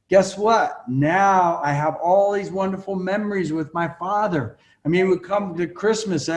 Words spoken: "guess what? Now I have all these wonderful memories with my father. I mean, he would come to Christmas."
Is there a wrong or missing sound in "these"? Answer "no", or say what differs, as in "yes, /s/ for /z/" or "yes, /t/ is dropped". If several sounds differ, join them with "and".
no